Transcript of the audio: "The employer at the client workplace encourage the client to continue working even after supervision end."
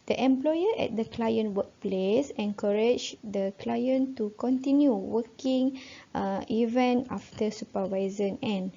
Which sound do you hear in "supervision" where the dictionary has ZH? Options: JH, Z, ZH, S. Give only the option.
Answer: Z